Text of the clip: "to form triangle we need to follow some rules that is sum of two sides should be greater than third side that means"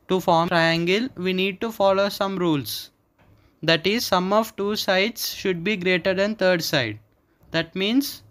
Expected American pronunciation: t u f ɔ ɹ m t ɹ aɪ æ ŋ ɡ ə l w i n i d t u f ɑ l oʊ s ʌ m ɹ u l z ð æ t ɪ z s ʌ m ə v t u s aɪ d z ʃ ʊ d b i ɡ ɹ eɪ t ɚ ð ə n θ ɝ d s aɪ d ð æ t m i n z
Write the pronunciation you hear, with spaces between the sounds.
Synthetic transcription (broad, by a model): t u f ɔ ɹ t ɹ aɪ æ ŋ ɡ ə l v i n i d t u f ɑ l oʊ s ʌ m ɹ u l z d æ t ɪ z s ʌ m ə v t u s aɪ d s ʃ ʊ d b i ɡ ɹ eɪ t ɚ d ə n t ɝ d s aɪ d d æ t m i n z